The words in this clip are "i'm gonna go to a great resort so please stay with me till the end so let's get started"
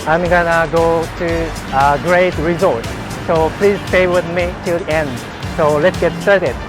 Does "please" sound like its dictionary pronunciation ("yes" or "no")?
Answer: yes